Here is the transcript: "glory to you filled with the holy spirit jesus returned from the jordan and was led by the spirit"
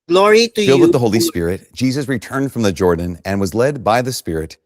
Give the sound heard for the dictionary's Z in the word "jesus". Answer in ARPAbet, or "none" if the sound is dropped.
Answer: Z